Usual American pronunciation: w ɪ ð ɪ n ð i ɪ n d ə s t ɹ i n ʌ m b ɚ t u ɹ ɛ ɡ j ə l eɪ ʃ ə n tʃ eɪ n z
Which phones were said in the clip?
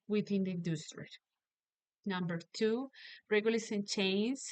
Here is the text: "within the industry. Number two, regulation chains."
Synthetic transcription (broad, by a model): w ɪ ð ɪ n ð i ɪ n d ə s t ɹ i n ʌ m b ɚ t u ɹ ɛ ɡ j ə l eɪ s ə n tʃ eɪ n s